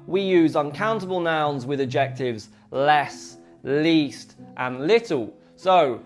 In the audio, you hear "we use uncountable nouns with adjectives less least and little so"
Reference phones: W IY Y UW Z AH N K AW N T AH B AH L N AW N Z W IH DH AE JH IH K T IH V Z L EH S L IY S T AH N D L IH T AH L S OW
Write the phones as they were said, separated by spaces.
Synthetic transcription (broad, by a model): W IY Y UW Z AH N K AW N T AH B AH L N AW N Z W IH DH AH JH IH K T IH V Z L EH S L IY S T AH N L IH T AH L S OW